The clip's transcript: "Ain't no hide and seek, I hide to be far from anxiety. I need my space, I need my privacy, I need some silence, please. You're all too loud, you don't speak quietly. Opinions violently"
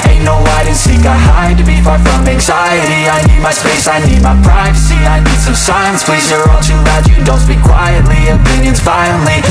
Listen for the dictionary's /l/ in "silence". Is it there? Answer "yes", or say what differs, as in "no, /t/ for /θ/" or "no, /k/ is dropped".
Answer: no, /l/ is dropped